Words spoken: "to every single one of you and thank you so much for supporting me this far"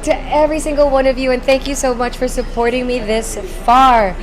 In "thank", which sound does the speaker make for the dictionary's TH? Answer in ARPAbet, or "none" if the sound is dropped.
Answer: TH